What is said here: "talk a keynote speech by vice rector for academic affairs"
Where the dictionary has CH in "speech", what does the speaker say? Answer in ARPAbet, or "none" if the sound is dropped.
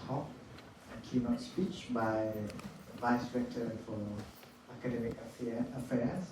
CH